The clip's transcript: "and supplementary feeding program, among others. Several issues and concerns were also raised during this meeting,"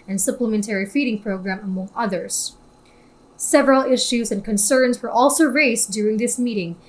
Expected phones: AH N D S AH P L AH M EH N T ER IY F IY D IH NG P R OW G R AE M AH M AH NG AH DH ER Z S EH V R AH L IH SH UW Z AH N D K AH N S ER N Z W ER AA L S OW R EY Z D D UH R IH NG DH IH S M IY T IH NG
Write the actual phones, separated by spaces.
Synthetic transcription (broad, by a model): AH N S AH P L AH M EH N T ER IY F IY D IH NG P R OW G R AE M AH M AH NG AH DH ER Z S EH V R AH L IH SH UW Z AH N K AH N S ER N Z W ER AA L S OW R EY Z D D UH R IH NG DH IH S M IY T IH NG